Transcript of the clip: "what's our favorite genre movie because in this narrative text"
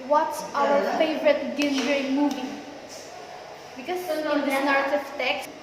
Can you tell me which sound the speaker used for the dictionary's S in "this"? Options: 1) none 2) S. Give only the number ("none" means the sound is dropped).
1